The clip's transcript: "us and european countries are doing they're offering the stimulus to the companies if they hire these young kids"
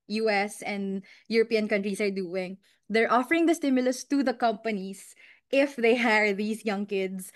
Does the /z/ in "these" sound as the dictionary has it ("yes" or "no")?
no